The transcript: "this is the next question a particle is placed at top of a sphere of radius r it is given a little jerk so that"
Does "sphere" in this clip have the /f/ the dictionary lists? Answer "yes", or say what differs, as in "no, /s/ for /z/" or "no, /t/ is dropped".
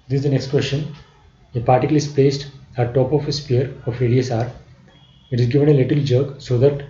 no, /p/ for /f/